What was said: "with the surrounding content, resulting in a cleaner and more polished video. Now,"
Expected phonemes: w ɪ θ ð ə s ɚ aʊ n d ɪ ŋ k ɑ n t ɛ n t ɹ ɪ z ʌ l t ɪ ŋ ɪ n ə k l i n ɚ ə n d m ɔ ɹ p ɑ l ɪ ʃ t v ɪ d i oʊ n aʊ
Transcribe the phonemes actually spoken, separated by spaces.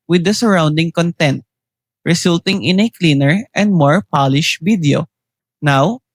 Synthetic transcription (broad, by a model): w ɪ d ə s ɚ aʊ n d ɪ ŋ k ɑ n t ɛ n t ɹ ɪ s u l t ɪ ŋ ɪ n ə k l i n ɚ ə n d m ɔ ɹ p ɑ l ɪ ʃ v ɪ d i oʊ n aʊ